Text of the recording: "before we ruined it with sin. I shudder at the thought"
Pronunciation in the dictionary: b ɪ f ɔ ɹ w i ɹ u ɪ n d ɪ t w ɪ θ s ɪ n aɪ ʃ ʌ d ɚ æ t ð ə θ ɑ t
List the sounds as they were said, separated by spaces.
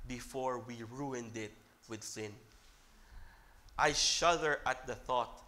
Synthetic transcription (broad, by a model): b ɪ f ɔ ɹ w i ɹ u ɪ n d ɪ t w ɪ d s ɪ n aɪ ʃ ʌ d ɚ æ t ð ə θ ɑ t